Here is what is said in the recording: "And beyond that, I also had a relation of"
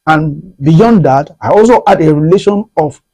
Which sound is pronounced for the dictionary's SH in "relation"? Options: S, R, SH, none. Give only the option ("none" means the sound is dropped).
SH